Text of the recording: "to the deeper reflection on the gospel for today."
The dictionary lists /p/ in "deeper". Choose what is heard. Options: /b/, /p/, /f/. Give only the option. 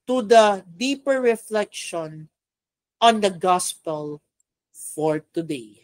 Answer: /p/